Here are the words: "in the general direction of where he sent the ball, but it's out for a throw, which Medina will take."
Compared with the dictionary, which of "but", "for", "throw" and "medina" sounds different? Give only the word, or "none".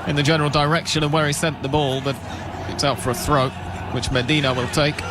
none